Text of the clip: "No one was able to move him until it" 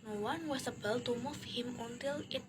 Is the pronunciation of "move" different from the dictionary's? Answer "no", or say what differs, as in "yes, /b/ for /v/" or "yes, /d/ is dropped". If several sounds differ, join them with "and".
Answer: yes, /f/ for /v/